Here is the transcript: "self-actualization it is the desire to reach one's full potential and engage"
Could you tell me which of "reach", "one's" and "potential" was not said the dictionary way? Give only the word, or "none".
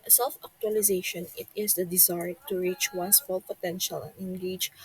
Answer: one's